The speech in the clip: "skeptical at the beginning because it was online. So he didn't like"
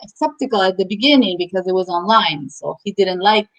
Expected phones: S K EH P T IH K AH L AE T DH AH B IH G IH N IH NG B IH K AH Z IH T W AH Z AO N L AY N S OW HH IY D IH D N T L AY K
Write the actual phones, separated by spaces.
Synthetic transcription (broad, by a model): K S EH P T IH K L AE T DH AH B IH G IH N IH NG B IH K AH Z IH T W AH Z AO N L AY N S OW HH IY D IH D N T L AY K